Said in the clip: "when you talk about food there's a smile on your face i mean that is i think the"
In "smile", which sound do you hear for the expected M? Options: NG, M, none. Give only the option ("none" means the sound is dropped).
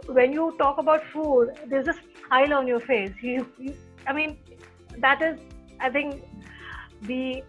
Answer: none